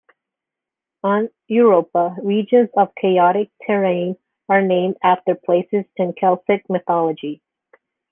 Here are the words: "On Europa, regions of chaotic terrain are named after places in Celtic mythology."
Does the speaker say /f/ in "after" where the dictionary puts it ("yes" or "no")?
yes